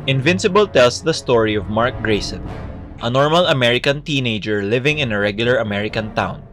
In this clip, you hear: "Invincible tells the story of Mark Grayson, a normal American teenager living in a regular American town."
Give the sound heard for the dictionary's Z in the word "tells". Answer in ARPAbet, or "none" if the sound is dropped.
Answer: S